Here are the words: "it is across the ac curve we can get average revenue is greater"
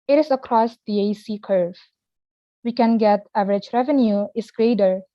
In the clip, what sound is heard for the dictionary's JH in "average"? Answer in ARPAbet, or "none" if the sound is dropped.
JH